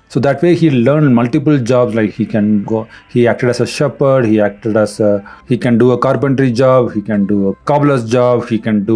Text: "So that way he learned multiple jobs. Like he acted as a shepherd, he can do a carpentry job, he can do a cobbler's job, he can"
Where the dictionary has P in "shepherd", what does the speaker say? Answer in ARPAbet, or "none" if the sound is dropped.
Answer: P